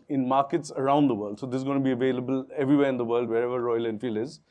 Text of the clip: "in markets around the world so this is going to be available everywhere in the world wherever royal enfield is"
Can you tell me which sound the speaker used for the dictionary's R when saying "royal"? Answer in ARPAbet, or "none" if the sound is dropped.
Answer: R